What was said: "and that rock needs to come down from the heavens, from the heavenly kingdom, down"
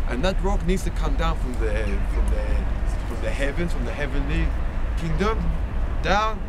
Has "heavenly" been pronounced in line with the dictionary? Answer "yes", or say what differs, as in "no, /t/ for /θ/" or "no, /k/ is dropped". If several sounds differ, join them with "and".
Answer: yes